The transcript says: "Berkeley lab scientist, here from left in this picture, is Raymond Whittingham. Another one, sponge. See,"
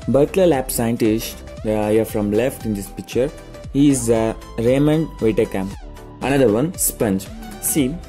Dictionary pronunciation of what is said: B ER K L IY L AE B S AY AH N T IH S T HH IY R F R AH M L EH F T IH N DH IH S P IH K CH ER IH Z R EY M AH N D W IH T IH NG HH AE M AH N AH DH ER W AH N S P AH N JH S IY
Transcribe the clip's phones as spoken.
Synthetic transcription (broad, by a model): B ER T L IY L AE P S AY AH N T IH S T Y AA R F R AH M L EH F T IH N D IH S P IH K CH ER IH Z R EY M AH N D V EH T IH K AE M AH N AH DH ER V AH N S P AH N JH S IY